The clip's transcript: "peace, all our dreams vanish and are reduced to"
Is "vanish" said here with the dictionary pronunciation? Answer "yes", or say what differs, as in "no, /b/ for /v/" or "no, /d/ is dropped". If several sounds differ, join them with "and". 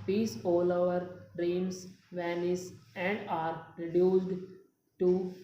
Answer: no, /s/ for /ʃ/